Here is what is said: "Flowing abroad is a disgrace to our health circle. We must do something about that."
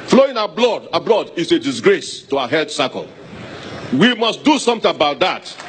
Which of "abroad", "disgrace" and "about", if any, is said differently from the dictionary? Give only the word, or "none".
abroad